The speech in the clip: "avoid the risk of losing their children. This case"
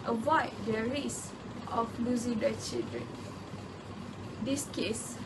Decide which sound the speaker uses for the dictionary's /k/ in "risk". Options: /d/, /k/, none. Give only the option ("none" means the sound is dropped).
none